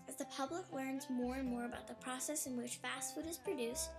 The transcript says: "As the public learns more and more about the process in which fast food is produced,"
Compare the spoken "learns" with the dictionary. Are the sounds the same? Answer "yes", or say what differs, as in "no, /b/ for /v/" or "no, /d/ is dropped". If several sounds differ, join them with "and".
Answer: yes